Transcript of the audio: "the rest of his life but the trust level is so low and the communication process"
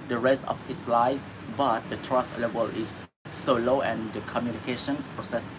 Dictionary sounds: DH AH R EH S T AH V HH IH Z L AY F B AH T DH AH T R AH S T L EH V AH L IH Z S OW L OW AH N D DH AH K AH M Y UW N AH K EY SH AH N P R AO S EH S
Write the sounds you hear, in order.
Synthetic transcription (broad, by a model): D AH R EH S T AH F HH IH S L AY F B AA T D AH T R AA S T L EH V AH L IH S S OW L OW AH N D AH K AH M Y UW N AH K EY SH AH N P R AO S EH S